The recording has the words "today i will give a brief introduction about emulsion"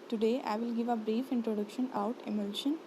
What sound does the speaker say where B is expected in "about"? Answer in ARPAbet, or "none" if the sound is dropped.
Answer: none